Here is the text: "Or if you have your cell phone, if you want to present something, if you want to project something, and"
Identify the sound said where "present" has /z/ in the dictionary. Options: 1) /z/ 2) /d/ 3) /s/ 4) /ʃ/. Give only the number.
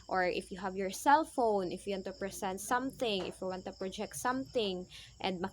3